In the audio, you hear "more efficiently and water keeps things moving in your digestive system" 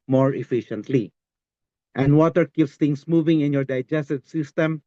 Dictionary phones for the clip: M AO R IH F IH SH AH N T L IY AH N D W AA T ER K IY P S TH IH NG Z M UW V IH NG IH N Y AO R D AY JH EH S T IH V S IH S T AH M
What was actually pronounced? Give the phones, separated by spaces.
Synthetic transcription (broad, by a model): M AO R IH F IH SH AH N T L IY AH N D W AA T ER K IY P S T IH NG S M UW V IH NG IH N Y AO R D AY JH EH S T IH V S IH S T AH M